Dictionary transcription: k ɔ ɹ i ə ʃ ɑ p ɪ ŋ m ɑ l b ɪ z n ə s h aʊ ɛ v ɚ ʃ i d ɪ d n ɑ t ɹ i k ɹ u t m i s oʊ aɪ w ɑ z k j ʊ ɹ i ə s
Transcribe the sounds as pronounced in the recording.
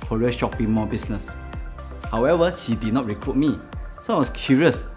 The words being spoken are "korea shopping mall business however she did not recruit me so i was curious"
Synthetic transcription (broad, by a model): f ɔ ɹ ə ʃ ɑ p ɪ ŋ m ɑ b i s n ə s h aʊ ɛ v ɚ ʃ i d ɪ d n ɑ t ɹ i k ɹ u t m i s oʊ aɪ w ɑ s k j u ɹ i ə s